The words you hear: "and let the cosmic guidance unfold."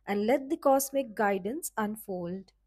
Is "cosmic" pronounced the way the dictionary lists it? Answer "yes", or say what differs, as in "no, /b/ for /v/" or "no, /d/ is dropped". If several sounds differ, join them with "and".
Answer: no, /s/ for /z/